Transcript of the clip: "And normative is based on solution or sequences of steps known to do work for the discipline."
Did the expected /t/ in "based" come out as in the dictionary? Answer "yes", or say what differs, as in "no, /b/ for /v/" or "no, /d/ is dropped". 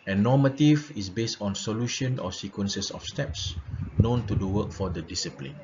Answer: yes